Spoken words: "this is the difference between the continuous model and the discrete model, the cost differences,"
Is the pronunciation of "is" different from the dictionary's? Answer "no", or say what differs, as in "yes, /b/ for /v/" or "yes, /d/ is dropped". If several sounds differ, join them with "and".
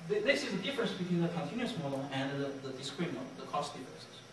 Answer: yes, /s/ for /z/